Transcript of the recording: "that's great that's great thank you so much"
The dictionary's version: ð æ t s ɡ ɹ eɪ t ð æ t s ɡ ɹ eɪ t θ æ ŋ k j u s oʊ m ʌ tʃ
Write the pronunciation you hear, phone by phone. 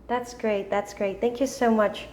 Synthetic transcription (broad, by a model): ð æ t s ɡ ɹ eɪ t ð æ t s ɡ ɹ eɪ t θ æ ŋ k j u s oʊ m ʌ tʃ